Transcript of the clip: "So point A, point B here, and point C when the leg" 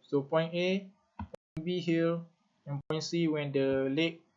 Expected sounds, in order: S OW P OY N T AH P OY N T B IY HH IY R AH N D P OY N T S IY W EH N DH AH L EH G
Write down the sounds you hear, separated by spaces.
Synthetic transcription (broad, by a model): S OW P OY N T AH P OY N B IY HH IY L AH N P OY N S IY W EH N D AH L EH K